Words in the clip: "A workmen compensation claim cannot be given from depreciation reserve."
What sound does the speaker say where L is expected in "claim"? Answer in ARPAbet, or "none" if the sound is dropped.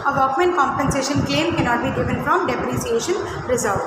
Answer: L